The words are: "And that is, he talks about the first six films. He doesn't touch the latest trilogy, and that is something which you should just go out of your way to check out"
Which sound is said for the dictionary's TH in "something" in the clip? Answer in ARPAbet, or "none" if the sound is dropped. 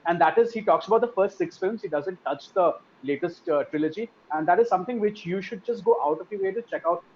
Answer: T